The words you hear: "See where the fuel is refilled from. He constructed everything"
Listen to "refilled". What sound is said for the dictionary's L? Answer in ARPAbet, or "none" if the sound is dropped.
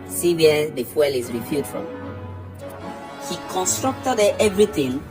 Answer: none